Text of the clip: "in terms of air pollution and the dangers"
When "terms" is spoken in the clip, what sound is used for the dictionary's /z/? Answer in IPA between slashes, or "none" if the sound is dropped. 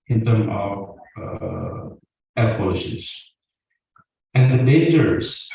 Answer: none